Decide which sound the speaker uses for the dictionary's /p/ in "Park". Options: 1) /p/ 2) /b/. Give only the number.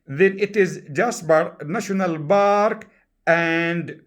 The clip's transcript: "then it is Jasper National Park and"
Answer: 2